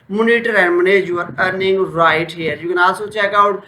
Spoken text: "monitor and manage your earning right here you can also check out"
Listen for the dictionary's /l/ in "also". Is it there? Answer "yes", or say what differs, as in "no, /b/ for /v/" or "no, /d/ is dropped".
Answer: no, /l/ is dropped